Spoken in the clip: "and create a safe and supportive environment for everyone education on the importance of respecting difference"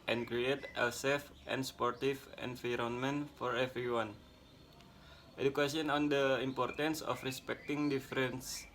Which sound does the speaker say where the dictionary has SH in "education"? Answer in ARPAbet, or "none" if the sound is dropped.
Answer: S